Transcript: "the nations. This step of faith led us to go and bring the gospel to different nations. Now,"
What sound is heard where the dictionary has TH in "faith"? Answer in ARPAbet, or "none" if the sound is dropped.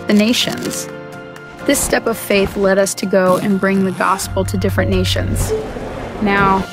TH